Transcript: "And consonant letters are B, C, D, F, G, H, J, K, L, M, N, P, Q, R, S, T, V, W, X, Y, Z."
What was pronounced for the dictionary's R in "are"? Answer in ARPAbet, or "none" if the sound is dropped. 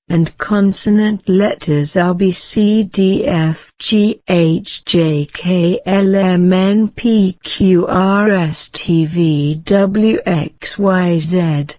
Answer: L